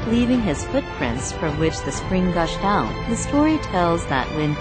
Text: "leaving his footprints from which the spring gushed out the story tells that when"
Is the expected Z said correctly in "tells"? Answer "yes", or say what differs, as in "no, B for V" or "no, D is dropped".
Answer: yes